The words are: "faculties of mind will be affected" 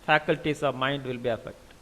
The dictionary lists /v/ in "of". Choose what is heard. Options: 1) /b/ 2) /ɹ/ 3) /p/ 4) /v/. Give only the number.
4